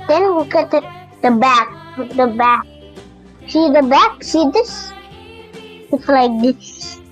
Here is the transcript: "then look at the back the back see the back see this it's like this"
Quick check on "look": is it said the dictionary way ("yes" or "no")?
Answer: no